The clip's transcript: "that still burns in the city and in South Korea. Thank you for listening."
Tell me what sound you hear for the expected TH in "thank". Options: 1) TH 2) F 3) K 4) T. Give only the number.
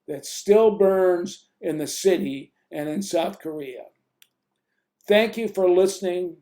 1